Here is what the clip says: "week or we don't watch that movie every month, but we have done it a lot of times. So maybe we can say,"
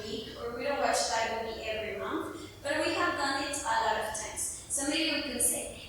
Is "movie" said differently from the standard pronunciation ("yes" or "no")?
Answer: yes